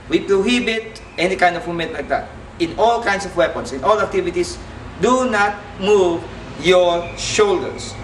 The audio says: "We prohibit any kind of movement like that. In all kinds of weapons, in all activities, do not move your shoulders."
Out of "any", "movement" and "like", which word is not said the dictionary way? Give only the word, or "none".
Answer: movement